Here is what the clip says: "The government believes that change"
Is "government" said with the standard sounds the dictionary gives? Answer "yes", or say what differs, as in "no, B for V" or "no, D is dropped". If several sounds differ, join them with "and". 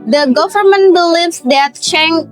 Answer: yes